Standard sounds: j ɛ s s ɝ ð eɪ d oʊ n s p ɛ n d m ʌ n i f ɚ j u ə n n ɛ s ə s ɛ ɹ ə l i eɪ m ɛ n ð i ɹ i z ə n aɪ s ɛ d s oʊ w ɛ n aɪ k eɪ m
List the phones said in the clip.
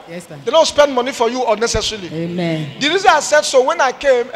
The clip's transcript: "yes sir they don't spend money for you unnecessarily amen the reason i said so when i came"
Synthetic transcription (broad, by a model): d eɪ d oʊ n s p ɛ n d m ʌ n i f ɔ j u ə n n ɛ s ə s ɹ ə l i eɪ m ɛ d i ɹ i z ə aɪ s ɛ d s oʊ w ɛ n aɪ k eɪ m